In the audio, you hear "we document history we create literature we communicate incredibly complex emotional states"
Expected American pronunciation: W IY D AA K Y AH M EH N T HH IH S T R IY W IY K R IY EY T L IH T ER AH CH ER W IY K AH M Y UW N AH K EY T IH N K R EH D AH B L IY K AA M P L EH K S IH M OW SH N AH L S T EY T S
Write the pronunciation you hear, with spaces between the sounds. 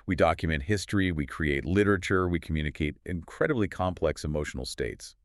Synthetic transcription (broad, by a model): W IY D AA K Y AH M EH N T HH IH S T R IY W IY K R IY EY T L IH T ER AH CH ER W IY K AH M Y UW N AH K EY T IH N K R EH D AH B L IY K AA M P L EH K S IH M OW SH N L S T EY T S